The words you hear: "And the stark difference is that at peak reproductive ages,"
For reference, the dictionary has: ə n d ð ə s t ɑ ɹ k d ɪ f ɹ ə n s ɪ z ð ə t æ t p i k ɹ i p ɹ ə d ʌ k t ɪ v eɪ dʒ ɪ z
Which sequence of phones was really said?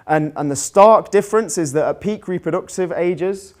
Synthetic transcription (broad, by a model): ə n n ð ə s t ɑ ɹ k d ɪ f ɹ ə n s ɪ z ð ə t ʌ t p i k ɹ i p ɹ ə d ʌ k t ɪ v eɪ dʒ ɪ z